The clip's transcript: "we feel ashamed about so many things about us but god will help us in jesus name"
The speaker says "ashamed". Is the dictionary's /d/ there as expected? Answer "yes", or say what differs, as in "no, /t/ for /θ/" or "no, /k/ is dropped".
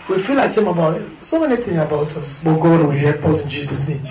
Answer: no, /d/ is dropped